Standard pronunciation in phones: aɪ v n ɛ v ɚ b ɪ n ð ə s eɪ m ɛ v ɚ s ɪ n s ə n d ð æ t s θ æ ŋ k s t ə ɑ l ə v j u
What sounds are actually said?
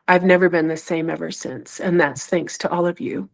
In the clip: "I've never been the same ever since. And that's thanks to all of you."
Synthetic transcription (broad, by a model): aɪ v n ɛ v ɚ b ɪ n ð ə s eɪ m ɛ v ɚ s ɪ n s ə n ð æ t s θ æ ŋ k s t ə ɑ l ə v j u